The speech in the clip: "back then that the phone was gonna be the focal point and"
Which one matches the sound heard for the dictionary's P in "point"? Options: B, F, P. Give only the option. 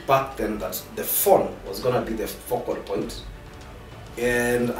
P